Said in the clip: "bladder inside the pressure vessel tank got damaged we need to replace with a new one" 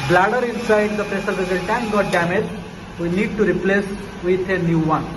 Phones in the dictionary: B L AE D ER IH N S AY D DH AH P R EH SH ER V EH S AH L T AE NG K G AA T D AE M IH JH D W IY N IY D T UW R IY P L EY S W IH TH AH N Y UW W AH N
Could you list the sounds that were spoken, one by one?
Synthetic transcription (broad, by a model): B L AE D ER IH N S AY D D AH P R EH S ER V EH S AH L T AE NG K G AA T D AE M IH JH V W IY N IY D T UW R IY P L EY S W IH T AH N Y UW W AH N